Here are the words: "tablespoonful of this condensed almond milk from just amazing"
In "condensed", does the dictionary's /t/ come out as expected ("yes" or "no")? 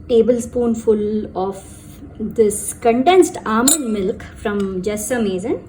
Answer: yes